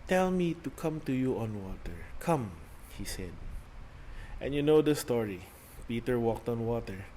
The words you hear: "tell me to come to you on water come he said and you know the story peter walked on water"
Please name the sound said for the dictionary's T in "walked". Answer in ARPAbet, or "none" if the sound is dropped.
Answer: T